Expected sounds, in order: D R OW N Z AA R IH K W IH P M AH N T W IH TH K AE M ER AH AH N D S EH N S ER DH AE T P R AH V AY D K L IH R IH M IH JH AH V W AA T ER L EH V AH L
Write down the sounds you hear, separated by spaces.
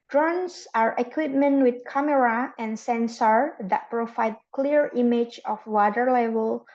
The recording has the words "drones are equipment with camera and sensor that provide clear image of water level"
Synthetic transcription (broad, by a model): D R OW N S AA R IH K W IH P M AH N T W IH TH K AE M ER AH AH N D S EH N S ER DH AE T P R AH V AY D K L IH R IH M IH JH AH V W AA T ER L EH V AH L